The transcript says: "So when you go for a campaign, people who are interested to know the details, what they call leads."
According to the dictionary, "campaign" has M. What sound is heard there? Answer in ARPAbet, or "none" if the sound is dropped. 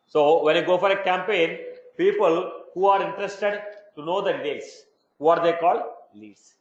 M